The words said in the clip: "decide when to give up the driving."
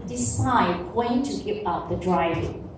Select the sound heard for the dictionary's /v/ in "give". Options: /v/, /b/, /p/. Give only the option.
/p/